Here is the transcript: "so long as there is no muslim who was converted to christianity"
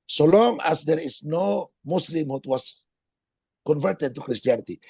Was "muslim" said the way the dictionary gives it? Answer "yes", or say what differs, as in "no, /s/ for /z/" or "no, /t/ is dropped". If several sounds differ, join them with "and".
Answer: no, /s/ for /z/